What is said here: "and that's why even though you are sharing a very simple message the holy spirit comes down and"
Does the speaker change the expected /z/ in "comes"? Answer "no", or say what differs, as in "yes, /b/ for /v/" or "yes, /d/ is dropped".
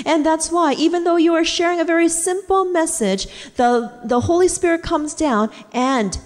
no